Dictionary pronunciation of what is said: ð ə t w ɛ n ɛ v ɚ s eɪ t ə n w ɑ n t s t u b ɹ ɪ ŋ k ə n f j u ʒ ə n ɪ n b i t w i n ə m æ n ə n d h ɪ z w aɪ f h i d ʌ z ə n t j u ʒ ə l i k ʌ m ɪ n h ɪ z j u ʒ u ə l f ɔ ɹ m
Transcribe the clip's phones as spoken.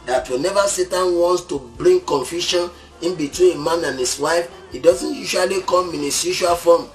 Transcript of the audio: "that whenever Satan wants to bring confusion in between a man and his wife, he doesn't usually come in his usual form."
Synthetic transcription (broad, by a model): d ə t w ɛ n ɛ v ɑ s eɪ t ə n w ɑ n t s t u b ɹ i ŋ k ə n f j u ʃ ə n ɪ n b i t w i n ə m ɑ n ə n h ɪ s w aɪ f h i d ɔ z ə n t j u ʃ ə l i k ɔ m ɪ n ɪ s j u ʃ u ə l f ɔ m